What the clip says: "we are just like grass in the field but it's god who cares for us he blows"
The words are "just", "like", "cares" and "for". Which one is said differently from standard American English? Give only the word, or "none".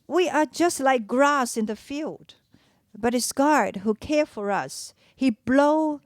cares